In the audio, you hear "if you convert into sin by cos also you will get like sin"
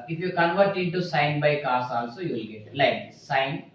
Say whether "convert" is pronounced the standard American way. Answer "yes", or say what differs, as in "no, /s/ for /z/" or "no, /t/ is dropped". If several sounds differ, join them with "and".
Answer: yes